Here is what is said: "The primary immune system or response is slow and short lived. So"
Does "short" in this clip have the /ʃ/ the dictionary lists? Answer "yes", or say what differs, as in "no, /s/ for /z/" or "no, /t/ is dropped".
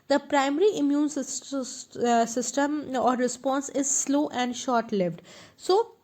yes